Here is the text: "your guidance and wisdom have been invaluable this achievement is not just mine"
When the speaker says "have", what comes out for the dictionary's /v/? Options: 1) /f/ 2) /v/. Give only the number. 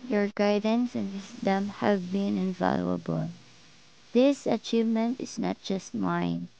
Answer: 2